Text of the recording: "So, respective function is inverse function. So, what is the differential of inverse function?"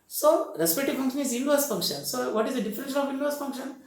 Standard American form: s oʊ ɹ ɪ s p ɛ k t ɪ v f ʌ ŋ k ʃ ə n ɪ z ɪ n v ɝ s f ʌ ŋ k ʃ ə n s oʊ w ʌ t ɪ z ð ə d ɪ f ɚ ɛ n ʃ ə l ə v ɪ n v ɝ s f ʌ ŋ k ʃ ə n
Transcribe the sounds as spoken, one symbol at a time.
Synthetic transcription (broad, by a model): s oʊ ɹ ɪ s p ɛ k t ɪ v f ʌ ŋ k ʃ ə n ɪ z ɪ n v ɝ s f ʌ ŋ k ʃ ə n s oʊ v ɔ t ɪ z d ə d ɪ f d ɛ n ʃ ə n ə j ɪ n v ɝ s f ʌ ŋ k ʃ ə n